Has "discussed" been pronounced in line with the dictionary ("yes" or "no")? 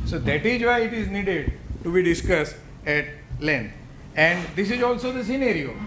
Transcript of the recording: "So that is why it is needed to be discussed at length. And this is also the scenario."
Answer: yes